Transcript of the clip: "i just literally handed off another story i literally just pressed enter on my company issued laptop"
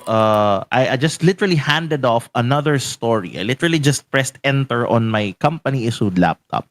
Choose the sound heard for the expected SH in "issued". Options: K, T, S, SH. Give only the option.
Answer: S